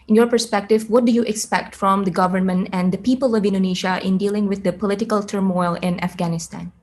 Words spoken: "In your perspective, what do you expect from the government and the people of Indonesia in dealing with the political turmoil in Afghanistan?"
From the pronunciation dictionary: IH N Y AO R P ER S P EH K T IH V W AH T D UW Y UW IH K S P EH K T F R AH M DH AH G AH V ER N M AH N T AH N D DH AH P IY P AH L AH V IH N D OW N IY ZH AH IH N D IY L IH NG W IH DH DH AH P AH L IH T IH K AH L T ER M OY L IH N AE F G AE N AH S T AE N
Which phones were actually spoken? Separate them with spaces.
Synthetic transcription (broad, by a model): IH N Y AO R P ER S P EH K T IH V W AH T D UW Y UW IH K S P EH K T F R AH M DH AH G AH V ER N M AH N T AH N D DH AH P IY P AH L AH V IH N D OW N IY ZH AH IH N D IY L IH NG W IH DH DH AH P AH L IH T IH K AH L T ER M OY L IH N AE F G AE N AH S T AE N